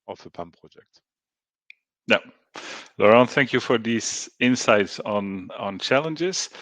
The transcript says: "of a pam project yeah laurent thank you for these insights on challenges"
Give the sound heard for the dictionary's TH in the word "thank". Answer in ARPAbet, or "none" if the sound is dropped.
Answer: TH